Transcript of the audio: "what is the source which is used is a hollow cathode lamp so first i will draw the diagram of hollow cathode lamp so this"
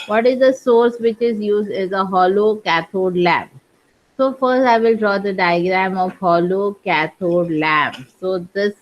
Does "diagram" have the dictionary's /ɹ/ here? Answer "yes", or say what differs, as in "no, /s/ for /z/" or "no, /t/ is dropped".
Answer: yes